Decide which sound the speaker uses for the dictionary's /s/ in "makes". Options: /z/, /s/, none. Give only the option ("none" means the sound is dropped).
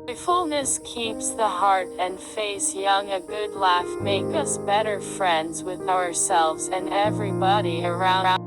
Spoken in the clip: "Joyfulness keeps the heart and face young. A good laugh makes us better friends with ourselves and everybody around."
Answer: none